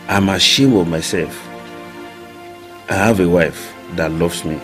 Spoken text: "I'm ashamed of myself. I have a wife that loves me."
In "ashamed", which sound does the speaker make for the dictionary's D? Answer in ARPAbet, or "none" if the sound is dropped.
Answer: none